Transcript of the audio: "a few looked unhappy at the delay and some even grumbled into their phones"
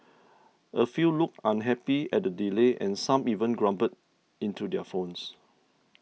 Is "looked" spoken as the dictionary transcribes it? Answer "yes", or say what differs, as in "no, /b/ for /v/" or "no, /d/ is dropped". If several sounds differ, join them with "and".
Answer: no, /t/ is dropped